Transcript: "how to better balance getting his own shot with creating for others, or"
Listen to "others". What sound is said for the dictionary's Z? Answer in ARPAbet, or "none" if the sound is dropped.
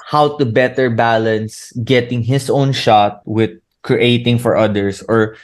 S